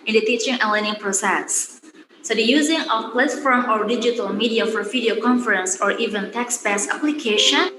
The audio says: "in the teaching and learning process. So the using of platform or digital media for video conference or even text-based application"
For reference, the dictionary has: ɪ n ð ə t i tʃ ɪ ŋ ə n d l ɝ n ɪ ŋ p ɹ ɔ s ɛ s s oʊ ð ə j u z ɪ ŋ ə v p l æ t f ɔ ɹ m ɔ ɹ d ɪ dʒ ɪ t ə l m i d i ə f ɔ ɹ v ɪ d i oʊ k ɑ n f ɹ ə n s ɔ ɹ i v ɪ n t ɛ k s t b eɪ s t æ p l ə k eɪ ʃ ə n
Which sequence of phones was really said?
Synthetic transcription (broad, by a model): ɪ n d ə t i tʃ ɪ ŋ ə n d l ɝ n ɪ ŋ p ɹ ɔ s ɛ s s oʊ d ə j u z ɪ ŋ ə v p l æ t f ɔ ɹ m ɔ ɹ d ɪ dʒ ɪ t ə l m i d i ə f ɔ ɹ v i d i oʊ k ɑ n f ɹ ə n s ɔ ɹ i v ɪ n t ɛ k s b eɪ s æ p l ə k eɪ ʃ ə n